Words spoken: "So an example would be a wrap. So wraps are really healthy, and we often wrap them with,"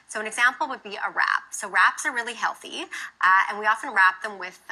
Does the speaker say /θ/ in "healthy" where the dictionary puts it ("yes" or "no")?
yes